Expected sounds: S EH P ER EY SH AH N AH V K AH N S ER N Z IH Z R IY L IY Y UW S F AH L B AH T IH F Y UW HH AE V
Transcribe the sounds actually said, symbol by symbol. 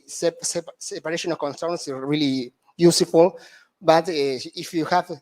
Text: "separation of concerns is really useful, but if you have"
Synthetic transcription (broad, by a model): S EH P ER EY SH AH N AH K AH N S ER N S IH R IY L IY Y UW S F AH L B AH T IH F Y UW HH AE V